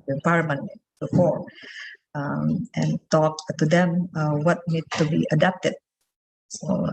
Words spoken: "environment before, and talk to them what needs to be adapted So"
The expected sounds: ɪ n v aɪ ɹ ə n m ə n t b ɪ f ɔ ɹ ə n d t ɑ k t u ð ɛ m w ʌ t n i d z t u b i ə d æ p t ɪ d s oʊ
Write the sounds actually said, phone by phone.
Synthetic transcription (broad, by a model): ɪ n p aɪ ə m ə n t b ɪ f ɔ ɹ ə n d t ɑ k t u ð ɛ m w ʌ t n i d t u b i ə d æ p t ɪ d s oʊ